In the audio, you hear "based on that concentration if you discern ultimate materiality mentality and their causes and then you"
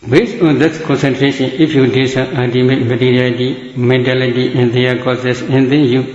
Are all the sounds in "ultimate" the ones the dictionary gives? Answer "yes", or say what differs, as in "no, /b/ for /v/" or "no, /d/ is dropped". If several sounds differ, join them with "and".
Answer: no, /l/ is dropped